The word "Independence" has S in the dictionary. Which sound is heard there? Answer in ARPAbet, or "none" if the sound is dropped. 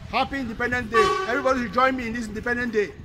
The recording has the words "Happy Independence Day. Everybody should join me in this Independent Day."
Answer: none